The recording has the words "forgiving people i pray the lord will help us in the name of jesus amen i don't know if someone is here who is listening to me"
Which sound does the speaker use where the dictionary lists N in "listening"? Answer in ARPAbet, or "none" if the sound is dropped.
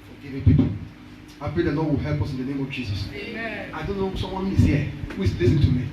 none